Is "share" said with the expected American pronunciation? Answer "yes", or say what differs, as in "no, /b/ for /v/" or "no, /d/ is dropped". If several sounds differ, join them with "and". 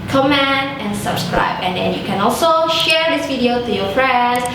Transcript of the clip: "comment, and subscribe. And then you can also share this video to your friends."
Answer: yes